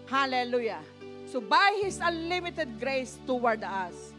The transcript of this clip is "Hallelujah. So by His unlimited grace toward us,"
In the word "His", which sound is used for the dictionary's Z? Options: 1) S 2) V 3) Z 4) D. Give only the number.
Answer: 1